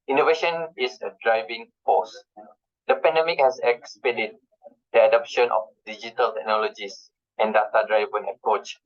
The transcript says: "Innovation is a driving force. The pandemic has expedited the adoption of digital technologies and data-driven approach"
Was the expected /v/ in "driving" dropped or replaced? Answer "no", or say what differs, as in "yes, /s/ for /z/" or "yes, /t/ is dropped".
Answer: no